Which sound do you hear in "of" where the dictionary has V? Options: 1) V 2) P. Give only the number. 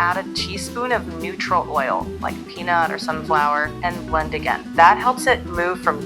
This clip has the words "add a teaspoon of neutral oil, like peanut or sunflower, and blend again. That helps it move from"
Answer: 1